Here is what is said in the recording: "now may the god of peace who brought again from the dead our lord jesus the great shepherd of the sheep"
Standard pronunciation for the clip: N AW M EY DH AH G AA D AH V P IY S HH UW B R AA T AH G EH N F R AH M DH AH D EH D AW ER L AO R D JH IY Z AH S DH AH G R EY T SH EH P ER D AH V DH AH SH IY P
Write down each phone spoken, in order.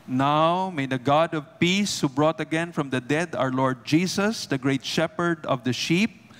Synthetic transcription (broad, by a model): N AW M EY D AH G AA D AH V P IY S HH UW B R AA T AH G EH N F R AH M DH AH D EH D AW ER L AO R D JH IY S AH S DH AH G R EY T SH EH P ER D AH V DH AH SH IY P